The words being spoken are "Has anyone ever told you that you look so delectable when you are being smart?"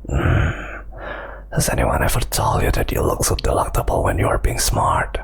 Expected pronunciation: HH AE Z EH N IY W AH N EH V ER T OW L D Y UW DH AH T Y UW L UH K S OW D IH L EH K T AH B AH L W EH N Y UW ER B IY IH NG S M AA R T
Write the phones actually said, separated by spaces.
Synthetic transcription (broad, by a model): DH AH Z EH N IY W AH N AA F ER T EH L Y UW DH AH T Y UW L UH K S OW D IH L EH K T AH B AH L W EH N Y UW ER B IY IH NG S M AA R T